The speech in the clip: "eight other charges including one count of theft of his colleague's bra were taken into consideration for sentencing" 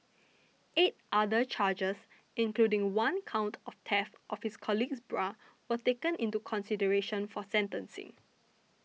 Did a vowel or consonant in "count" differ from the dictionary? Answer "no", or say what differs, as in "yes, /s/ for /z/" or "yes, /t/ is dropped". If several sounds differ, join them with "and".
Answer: no